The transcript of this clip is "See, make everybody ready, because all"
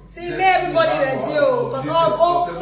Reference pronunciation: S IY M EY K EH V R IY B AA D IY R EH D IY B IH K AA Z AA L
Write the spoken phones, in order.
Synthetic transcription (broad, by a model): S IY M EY EH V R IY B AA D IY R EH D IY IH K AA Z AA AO